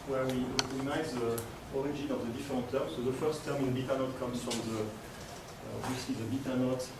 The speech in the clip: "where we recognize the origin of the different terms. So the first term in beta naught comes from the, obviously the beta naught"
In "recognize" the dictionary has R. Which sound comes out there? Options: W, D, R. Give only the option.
W